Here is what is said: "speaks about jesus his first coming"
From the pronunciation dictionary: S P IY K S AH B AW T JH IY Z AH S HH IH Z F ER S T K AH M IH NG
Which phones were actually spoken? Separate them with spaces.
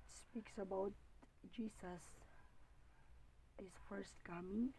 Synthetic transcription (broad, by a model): S P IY K S AH B AW T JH IY S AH S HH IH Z F ER S T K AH M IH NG